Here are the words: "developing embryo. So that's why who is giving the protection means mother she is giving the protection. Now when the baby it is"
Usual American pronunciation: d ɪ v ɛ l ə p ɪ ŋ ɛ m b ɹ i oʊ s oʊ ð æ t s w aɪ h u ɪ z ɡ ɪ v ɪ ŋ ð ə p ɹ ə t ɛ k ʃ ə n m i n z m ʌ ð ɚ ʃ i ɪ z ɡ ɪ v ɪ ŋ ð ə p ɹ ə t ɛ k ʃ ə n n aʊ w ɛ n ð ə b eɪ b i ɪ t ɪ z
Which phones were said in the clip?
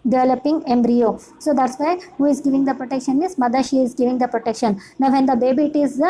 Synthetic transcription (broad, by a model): d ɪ v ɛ l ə p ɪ ŋ ɛ m b ɹ i oʊ s oʊ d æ t s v aɪ h u ɪ z ɡ ɪ v ɪ ŋ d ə p ɹ ə t ɛ k ʃ ə n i z m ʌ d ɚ ʃ i ɪ z ɡ ɪ v ɪ ŋ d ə p ɹ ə t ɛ k ʃ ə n n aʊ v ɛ n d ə b eɪ b i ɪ t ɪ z